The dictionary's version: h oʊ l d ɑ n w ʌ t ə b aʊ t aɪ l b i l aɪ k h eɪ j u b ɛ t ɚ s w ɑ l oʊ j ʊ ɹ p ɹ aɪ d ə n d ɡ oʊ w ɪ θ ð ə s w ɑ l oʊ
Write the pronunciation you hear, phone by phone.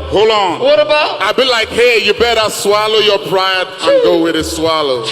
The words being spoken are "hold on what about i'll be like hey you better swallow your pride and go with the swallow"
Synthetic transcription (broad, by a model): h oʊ l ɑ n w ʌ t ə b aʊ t aɪ b i l aɪ k h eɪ j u b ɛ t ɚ s w ɑ l oʊ j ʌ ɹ p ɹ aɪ ə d ɡ oʊ w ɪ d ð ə s w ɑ l oʊ